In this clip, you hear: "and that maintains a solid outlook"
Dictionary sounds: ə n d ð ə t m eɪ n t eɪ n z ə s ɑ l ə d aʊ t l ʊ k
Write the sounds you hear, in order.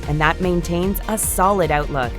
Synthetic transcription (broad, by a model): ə n ð ə t m eɪ n t eɪ n z ə s ɑ l ə d aʊ t l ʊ k